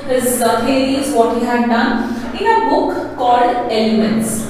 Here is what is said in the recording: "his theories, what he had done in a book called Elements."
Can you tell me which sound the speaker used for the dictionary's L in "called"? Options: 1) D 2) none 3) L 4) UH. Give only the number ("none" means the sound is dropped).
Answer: 2